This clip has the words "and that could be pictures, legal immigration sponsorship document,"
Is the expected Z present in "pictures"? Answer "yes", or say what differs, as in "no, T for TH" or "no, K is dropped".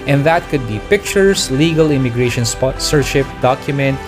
no, S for Z